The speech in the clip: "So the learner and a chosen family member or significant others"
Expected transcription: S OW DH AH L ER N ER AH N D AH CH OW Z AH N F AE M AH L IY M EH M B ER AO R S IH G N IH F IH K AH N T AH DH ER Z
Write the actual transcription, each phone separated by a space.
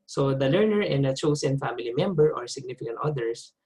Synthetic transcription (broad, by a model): S OW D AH L ER N ER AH N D AH CH OW S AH N F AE M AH L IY M EH M B ER AO R S IH G N IH F IH K AH N T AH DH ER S